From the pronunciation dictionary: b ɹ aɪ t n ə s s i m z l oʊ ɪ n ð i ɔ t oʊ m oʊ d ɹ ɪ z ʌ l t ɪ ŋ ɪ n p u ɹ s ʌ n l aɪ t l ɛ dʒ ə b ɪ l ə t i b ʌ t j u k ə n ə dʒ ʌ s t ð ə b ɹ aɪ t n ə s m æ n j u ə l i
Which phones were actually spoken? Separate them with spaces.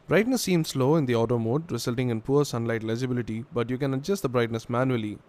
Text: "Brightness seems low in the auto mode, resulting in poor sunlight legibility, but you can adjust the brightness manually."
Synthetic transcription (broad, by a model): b ɹ aɪ t n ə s s i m s l oʊ ɪ n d i ɔ t oʊ m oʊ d ɹ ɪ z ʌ l t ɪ ŋ ɪ n p u ɹ s ʌ n l aɪ t l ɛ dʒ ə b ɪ l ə t i b ʌ t j u k ə n ə dʒ ʌ s t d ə b ɹ aɪ t n ə s m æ n j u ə l i